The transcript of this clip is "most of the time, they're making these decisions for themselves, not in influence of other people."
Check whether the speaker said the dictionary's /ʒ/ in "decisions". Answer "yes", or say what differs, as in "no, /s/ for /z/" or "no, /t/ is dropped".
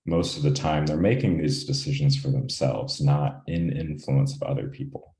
yes